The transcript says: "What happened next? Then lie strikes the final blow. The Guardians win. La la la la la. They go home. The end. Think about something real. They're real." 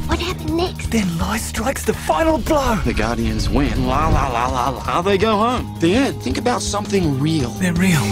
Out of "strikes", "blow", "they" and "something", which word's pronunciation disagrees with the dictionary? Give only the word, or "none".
none